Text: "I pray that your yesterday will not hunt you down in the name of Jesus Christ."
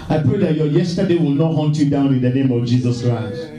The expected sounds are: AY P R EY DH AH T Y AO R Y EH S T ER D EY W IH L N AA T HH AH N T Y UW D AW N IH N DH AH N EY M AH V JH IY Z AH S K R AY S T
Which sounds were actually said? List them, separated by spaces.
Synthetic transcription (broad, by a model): AY P R EY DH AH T Y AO Y EH S T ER D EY W IH L N AA T HH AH N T Y UW D AW N IH N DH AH N EY M AH V JH IY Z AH S K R AY S T